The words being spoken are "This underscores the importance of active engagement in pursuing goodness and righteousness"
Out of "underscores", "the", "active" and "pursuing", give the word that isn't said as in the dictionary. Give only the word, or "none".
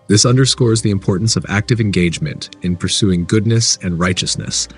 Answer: none